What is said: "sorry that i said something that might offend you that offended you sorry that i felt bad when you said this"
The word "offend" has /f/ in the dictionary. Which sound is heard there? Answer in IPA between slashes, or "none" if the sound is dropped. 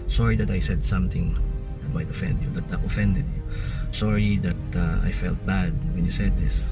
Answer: /f/